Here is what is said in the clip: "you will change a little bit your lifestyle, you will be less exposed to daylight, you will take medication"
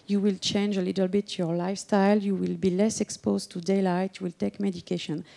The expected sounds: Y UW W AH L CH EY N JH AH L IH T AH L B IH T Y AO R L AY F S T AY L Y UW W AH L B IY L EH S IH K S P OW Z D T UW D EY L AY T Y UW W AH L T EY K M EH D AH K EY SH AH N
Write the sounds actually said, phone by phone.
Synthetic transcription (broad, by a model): Y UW W AH L CH EY N JH AH L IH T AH L B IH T Y AO R L AY F S T AY L Y UW W AH L B IY L EH S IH K S P OW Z T UW D EY L AY T Y UW W AH L T EY K M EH D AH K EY SH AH N